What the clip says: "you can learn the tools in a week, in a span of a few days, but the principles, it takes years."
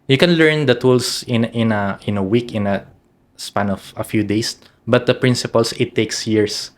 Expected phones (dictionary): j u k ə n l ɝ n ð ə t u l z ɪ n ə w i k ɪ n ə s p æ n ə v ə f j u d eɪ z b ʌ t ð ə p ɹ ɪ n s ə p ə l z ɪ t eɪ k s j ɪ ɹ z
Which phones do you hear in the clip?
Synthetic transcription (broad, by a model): j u k ə n l ɝ n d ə t u l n ɪ n ə w i k ɪ n ə s p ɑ n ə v ə f j u d eɪ s b ʌ t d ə p ɹ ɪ n s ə p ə l s ɪ t eɪ k s j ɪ ɹ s